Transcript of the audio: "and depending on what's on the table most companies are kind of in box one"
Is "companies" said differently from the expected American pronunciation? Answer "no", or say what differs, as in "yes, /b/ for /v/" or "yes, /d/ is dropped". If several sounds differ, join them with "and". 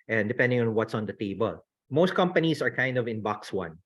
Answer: yes, /s/ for /z/